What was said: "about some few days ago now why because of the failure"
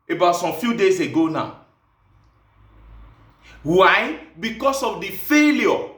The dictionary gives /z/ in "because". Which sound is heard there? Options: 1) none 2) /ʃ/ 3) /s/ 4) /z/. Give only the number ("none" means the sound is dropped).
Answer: 3